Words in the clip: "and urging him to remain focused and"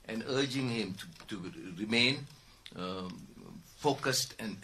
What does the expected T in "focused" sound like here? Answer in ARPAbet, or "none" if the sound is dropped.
T